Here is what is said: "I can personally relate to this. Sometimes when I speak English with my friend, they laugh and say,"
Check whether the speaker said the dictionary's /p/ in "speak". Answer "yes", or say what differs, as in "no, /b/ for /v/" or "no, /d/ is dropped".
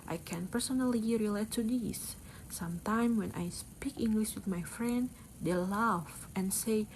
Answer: yes